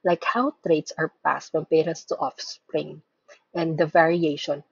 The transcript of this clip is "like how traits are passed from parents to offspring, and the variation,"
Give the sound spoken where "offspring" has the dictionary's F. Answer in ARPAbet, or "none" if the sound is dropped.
F